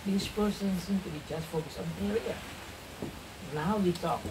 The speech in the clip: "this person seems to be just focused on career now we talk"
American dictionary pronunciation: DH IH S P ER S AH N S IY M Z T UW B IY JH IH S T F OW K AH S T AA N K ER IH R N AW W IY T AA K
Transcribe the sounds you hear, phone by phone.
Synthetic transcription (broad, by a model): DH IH S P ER S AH N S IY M T UW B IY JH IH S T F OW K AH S AA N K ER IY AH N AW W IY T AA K